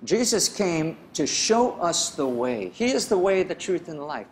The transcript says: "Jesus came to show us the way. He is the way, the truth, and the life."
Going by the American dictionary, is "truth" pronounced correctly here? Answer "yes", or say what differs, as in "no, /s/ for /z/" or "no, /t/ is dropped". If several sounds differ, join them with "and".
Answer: yes